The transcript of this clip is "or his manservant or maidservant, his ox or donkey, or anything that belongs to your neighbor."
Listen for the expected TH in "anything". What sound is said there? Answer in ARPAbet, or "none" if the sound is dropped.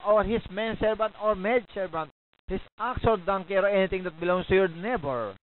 T